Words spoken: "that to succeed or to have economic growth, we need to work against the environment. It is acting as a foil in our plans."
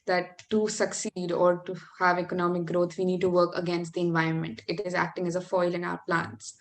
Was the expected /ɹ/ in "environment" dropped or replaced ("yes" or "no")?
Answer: no